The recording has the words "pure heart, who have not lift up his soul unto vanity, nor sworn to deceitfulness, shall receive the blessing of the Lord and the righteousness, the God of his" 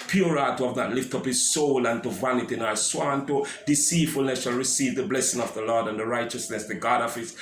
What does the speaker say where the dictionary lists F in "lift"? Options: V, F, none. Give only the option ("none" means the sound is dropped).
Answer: F